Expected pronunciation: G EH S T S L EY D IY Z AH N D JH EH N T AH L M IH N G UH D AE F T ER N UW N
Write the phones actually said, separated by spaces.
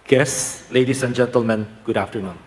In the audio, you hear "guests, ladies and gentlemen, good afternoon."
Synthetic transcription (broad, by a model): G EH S S L EY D IY S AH N JH EH N T AH L M IH N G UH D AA F T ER N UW N